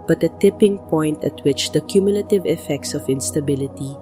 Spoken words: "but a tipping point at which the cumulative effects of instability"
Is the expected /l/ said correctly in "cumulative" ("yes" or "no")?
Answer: yes